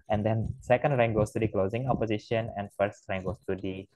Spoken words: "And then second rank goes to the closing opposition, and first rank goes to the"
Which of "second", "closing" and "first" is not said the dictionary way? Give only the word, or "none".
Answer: none